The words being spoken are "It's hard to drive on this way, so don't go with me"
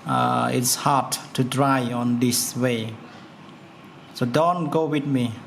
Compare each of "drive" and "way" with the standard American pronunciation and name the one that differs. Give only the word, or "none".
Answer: drive